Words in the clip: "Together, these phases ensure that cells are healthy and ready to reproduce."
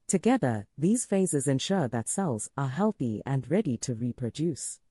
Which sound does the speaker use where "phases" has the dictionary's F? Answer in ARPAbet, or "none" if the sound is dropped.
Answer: F